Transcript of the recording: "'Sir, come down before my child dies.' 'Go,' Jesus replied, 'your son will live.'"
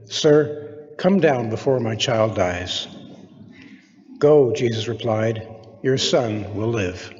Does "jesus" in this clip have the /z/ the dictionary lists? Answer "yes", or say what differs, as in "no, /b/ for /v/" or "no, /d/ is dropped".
yes